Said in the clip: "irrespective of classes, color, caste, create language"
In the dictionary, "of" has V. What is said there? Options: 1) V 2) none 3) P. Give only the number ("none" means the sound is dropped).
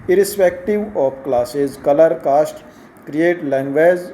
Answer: 3